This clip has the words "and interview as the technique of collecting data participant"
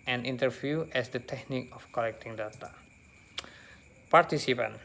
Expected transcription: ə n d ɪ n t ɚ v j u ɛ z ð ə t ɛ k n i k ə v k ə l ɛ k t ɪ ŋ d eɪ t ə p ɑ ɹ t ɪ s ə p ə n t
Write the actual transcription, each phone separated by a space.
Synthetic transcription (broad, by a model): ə n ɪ n t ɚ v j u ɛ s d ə t ɛ k n i k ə f k ə l ɛ k t ɪ ŋ d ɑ t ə p ɑ ɹ t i s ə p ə n